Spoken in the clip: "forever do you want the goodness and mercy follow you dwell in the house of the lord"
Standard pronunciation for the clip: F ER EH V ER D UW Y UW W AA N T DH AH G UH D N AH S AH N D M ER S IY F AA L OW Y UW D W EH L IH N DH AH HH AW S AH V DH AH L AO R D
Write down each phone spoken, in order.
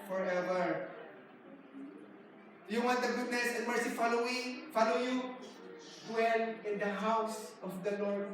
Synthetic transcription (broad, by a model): F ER EH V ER Y UW W AA N T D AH G UH D N AH S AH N M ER S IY F AA L OW Y UW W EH N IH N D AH HH AW S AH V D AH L AO R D